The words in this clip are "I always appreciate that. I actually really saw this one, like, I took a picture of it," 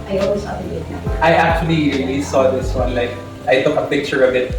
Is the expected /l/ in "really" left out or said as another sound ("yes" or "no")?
yes